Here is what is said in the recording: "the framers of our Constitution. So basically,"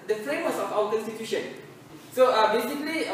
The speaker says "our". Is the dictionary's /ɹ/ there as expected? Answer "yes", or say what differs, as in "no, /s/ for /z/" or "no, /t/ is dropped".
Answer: no, /w/ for /ɹ/